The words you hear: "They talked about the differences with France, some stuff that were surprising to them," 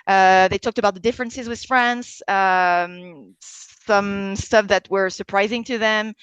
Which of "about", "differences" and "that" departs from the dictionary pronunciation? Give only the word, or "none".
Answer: none